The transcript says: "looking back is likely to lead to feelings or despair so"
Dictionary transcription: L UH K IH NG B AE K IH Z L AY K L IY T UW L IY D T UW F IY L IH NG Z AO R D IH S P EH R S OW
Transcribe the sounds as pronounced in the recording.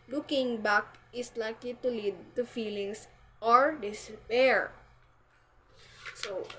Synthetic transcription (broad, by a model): L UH K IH NG B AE K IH S L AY K L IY T UW L IY D T UW F IY L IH NG S AO R D IH S P EH R S OW